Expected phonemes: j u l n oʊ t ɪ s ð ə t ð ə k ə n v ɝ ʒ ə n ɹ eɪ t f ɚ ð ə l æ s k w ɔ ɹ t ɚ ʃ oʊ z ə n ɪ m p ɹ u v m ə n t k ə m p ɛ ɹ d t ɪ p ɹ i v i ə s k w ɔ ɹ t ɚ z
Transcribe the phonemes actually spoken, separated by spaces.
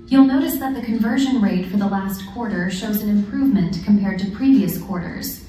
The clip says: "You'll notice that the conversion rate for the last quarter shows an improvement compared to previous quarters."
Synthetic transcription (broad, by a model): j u l n oʊ t ɪ s ð ə t ð ə k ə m v ɝ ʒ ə n ɹ eɪ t f ɚ ð ə l æ s k w ɔ ɹ t ɚ ʃ oʊ z ə n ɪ m p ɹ u v m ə n k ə m p ɛ ɹ d t ɪ p ɹ i v i ə s k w ɔ ɹ t ɚ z